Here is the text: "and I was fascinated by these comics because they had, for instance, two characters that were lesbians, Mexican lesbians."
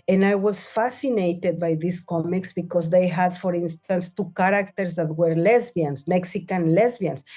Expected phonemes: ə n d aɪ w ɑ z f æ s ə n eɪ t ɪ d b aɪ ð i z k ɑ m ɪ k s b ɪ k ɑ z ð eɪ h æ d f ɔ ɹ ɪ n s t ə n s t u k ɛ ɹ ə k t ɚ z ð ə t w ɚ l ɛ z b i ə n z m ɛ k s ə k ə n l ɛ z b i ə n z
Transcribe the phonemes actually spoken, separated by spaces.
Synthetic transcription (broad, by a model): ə n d aɪ w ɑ s f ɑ s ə n eɪ t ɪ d b aɪ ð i s k ɑ m ɪ k s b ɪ k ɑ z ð eɪ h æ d f ɔ ɹ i n s t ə n s t u k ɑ ɹ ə k t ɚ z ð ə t w ɚ l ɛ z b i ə n s m ɛ k s ə k ə n l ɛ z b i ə n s